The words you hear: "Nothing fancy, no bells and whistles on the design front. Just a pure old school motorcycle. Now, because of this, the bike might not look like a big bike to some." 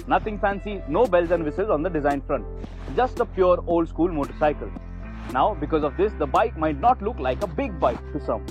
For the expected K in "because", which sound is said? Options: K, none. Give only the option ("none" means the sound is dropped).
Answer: K